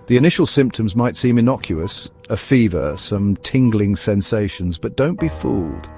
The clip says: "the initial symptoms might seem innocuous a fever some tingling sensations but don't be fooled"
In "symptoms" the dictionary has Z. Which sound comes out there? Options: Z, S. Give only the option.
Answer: Z